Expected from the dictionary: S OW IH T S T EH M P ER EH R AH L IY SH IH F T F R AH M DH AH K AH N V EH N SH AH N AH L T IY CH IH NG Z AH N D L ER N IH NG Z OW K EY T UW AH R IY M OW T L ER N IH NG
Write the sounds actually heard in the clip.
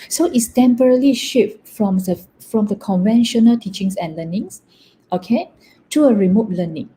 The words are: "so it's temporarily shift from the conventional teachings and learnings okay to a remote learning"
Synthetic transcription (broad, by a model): S OW IH T S T EH M P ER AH R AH L IY SH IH F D F R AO M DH AH K AH N V EH N SH AH N AH L T IY CH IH NG S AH N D L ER N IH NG S OW K EY T UW AH R IY M OW T L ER N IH NG